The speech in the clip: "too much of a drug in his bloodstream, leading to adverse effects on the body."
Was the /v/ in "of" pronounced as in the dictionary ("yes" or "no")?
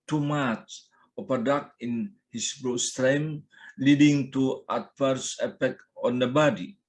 no